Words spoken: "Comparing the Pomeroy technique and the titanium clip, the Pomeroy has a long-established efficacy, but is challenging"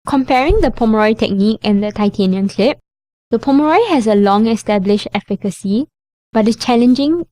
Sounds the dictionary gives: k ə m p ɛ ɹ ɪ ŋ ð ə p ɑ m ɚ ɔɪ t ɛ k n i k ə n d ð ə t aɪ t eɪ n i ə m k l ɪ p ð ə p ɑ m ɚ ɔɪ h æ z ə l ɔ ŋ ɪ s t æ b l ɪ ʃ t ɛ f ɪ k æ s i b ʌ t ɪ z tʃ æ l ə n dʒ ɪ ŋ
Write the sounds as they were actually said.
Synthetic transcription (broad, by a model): k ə m p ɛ ɹ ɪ ŋ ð ə p ɑ m ɚ ɔɪ t ɛ k n i k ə n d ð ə t aɪ t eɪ n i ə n k l ɪ p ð ə p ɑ m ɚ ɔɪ h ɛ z ə l ɔ ŋ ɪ s t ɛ b l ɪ ʃ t ɛ f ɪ k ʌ s i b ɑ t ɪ s tʃ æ l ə n dʒ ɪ ŋ